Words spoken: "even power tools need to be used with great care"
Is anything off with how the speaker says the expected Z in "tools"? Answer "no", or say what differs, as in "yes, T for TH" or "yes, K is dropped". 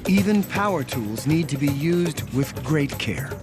no